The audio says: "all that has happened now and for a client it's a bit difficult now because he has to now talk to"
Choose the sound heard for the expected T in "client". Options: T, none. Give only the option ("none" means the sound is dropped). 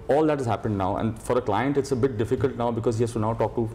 T